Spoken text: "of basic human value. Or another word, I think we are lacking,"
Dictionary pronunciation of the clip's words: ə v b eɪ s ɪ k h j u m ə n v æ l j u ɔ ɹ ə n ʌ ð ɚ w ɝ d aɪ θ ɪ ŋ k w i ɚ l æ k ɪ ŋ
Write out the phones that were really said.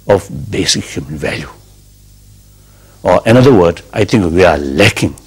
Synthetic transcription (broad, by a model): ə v b eɪ s ɪ k h j u m ə n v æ l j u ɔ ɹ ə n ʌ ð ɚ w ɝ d aɪ t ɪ ŋ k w i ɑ l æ k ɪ ŋ